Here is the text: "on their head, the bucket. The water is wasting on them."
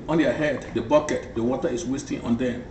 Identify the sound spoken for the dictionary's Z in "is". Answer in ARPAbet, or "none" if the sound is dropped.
S